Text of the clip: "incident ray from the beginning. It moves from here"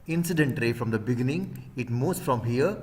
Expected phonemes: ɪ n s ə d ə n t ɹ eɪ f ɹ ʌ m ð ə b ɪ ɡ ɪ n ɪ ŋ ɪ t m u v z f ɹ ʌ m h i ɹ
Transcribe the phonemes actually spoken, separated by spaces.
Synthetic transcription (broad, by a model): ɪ n s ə d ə n t ɹ eɪ f ɹ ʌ m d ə b ɪ ɡ ɪ n ɪ ŋ ɪ t m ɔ z f ɹ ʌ m h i ɹ